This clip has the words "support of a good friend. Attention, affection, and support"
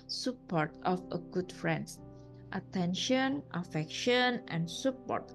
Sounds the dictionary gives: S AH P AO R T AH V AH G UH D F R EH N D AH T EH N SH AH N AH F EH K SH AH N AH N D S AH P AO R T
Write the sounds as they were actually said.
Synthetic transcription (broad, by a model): S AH P AO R T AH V AH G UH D F R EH N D AH T EH N SH AH N AH F EH K SH AH N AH N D S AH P AO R T